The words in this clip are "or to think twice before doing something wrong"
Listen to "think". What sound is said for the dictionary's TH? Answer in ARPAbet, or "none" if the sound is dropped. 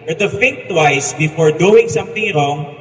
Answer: F